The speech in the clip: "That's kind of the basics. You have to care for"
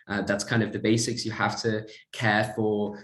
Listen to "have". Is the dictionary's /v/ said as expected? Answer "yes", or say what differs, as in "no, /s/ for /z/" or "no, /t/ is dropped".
no, /f/ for /v/